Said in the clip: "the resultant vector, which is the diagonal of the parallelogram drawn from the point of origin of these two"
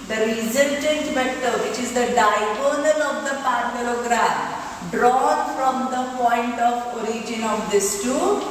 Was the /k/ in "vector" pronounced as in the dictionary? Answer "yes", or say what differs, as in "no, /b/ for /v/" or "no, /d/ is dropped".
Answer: no, /k/ is dropped